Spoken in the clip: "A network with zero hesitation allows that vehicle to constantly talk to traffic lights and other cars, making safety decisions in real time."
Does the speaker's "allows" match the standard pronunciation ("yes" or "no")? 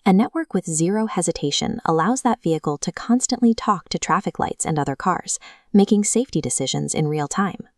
yes